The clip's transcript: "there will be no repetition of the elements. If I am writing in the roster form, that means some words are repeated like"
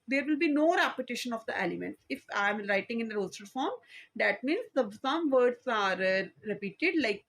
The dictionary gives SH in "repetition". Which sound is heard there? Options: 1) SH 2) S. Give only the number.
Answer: 1